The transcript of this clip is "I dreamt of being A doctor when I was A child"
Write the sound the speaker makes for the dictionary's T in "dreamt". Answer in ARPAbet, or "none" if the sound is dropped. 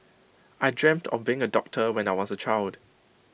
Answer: T